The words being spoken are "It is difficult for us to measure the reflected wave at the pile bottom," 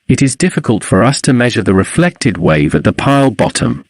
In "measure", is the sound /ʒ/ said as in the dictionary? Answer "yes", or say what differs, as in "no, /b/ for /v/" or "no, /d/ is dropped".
yes